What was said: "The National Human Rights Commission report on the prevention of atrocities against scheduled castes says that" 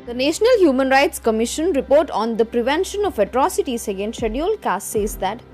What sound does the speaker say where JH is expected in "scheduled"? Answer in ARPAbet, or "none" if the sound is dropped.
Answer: none